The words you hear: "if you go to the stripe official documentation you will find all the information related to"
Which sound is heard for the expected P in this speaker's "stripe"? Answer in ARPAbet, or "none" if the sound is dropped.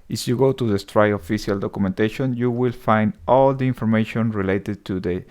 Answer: none